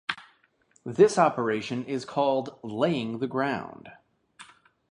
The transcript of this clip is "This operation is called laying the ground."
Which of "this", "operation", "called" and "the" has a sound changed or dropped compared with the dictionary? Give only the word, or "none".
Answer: none